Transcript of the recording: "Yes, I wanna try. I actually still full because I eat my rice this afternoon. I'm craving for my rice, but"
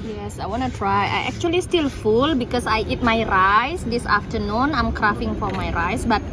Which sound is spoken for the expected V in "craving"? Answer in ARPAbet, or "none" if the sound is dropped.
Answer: F